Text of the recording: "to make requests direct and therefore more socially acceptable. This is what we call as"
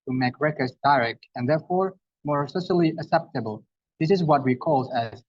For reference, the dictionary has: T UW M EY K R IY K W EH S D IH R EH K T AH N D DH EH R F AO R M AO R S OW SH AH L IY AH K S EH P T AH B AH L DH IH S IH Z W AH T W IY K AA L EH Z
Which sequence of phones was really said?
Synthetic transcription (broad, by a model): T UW M EY K R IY K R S D IH R EH K T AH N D DH EH R F AO R M AO R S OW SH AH L IY AH K S EH P T AH B AH L DH IH S IH Z W AH T W IY K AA L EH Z